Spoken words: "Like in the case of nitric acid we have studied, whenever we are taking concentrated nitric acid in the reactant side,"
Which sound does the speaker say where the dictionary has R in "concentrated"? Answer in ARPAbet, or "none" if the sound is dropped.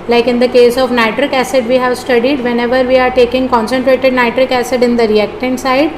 R